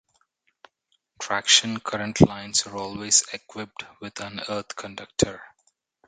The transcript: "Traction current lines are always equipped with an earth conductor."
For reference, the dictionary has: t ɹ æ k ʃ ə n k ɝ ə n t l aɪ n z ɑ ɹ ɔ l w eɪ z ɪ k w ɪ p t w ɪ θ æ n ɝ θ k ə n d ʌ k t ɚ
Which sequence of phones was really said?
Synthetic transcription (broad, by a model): t ɹ æ k ʃ ə n k ɝ ə n t l aɪ n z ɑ ɹ ɔ l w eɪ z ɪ k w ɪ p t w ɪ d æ n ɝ t k ə n d ʌ k t ɚ